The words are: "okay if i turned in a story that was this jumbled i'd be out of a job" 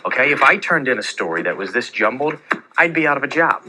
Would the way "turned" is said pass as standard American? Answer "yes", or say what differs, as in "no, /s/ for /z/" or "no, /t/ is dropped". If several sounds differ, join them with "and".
yes